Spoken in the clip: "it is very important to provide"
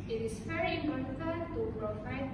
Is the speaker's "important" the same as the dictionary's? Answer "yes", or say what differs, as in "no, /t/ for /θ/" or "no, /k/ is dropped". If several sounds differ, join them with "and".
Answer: no, /p/ is dropped